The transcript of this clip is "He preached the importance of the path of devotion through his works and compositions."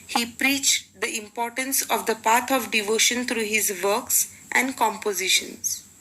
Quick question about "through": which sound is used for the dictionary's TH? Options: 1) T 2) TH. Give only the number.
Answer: 1